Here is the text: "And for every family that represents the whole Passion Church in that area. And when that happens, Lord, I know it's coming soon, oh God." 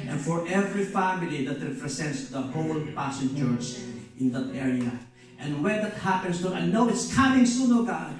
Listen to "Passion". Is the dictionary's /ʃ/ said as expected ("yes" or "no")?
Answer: no